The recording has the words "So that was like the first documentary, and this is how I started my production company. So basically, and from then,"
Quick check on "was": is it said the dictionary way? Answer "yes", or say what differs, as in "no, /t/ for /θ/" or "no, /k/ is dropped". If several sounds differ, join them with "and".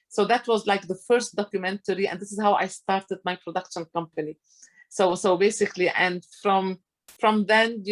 yes